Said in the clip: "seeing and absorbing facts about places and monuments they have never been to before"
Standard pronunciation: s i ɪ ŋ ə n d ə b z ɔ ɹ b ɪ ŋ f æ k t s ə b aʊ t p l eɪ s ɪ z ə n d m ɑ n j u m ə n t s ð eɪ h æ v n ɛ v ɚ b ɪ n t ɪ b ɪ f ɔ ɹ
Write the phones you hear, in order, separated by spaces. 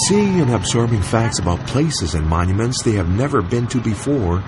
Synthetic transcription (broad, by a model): s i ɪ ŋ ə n ə b z ɔ ɹ b ɪ ŋ f æ k t s ə b aʊ t p l eɪ s ɪ z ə n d m ɑ n j u m ə n t s ð eɪ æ v n ɛ v ɚ b ɪ n t ɪ b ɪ f ɔ ɹ